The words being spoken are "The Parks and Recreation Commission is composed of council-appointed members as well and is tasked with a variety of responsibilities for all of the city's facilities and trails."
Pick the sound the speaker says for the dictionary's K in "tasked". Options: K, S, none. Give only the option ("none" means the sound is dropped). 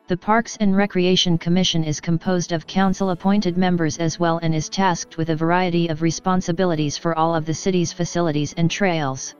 K